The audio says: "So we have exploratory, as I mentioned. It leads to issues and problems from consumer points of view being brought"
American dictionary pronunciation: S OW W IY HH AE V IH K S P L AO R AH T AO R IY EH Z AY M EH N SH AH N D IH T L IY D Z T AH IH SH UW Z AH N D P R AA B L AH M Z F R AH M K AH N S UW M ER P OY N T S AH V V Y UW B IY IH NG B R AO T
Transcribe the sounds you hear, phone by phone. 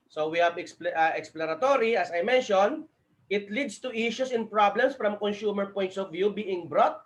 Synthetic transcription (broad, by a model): S OW W IY HH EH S IH K S P L AO R AH T AO R IY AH S AY M EH N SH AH N IH T L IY D S T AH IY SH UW S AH N P R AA B L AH M S F R AH M K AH N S UW M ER P OY N T S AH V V Y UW B IY IH NG B R AO T